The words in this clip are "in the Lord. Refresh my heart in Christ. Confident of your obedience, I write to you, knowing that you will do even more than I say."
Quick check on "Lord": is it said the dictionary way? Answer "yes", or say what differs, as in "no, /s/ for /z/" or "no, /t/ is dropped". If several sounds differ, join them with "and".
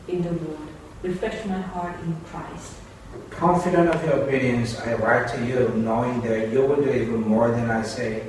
no, /w/ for /l/